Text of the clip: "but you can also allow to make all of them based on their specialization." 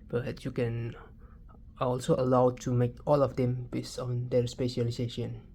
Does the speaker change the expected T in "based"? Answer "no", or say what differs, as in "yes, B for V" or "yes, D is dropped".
yes, T is dropped